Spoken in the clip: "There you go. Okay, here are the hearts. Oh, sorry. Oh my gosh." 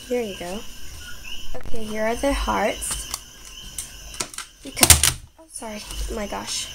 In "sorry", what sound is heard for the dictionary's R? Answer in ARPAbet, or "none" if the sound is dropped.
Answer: R